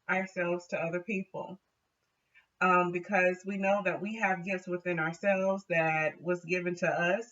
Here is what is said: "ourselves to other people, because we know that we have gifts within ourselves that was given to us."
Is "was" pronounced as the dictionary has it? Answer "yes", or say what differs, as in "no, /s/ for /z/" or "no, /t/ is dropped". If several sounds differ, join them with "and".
yes